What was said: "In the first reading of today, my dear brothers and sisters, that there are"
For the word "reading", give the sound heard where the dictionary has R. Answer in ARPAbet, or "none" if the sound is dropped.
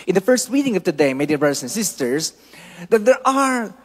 W